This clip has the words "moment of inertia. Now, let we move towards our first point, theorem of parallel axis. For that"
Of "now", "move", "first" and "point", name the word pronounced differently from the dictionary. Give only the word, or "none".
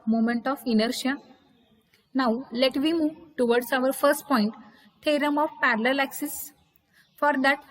none